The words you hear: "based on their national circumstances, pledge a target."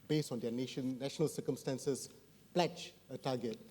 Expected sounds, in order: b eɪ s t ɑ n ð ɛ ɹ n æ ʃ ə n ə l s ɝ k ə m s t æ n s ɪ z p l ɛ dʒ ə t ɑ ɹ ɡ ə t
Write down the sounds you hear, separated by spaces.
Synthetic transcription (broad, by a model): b eɪ s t ɑ n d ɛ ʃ n æ ʃ ə n ə l s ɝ k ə m s t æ n s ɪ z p l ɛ tʃ ə t ɑ ɡ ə t